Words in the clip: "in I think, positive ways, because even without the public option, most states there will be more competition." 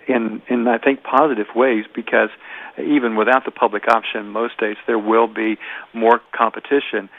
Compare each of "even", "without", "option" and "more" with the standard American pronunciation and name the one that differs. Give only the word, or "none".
none